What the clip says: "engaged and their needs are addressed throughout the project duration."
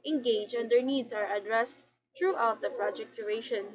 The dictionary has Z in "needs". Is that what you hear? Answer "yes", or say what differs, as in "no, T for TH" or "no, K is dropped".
no, S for Z